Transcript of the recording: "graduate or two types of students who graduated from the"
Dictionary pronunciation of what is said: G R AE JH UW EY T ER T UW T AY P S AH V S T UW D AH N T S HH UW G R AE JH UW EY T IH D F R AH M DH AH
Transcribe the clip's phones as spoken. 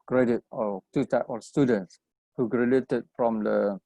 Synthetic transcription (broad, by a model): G R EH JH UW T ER T UW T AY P AH S T UW D AH N T S HH UW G R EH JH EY T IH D F R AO M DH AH